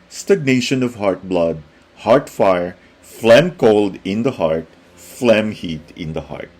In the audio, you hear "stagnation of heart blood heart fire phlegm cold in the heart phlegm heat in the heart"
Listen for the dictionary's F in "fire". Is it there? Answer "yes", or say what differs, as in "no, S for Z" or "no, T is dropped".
yes